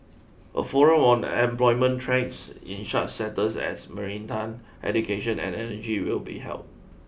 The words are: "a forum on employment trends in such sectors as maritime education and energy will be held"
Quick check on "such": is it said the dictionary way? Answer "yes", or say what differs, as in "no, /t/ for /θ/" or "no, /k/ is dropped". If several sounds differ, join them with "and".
no, /ʃ/ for /s/